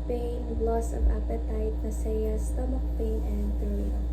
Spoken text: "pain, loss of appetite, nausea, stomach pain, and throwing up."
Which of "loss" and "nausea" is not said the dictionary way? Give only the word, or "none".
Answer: nausea